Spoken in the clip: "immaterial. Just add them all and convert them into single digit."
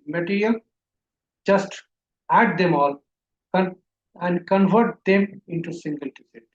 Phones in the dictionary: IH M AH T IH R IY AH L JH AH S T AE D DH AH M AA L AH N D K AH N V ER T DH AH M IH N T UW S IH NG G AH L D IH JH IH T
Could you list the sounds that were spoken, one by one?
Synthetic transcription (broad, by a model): M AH T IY R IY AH L JH AH S T AE D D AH M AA L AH N D K AH N V ER T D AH M IH N T UW S IH NG G AH L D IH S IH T